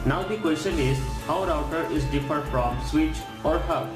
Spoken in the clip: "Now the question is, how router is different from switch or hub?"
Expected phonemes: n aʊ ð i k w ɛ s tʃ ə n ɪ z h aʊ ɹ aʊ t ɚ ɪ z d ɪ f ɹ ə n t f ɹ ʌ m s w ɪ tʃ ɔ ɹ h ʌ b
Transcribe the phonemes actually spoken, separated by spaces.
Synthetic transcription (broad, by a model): n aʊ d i k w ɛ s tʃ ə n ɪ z h aʊ ɹ aʊ t ɚ ɪ z d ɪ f ə t f ɹ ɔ m s w ɪ tʃ ɔ ɹ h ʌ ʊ